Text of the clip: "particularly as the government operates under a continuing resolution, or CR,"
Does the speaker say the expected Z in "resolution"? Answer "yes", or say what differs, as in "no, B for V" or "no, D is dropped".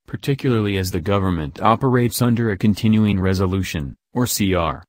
yes